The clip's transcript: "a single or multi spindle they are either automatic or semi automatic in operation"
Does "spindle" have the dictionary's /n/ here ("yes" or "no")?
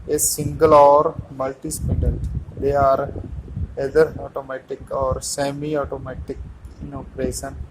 no